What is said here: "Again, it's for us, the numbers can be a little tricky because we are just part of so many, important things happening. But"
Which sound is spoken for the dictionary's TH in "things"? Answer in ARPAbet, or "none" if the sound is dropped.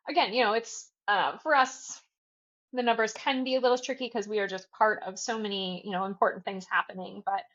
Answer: TH